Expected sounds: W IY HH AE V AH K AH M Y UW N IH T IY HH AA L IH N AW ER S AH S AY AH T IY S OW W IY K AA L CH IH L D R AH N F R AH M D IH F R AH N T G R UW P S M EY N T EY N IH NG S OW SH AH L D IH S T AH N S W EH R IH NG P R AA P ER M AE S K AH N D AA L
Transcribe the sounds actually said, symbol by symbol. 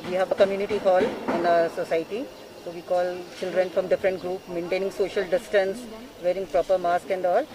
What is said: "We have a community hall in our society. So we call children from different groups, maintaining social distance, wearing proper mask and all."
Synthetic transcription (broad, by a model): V IY HH AE V AH K AH M Y UW N IH T IY HH AA L IH N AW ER S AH S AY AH T IY S OW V IY K AA L CH IH L D R AH N F R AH M D IH F R AH N T G R UW P M EY N T EY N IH NG S OW SH AH L D IH S T AH N S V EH R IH NG P R AA P ER M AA S K AH N D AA L